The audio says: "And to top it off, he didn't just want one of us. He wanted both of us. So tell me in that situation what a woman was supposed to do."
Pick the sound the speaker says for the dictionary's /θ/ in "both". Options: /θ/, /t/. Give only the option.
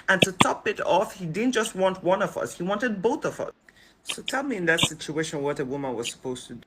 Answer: /θ/